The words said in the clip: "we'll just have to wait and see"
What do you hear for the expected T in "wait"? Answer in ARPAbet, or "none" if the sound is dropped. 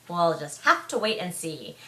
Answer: T